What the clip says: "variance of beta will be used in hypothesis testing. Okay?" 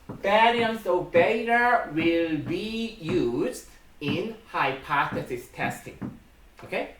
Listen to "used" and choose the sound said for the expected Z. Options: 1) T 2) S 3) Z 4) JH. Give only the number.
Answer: 3